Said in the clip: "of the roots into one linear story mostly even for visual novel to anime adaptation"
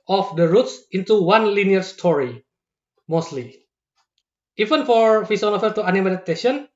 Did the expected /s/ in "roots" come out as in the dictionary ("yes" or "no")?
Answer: yes